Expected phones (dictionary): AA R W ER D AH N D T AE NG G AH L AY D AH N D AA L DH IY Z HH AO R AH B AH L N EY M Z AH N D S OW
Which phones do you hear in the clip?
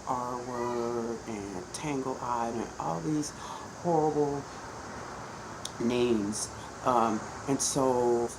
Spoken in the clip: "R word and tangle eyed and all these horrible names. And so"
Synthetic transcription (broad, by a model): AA R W ER AH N T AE NG G L AY D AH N AA L DH IY Z HH AO R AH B L N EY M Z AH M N S OW